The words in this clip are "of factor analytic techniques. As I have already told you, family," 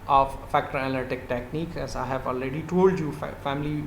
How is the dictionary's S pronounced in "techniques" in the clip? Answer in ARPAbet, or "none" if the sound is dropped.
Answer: none